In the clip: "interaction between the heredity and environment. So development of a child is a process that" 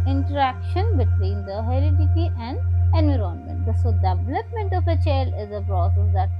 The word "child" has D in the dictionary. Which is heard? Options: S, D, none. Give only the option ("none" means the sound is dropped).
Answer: none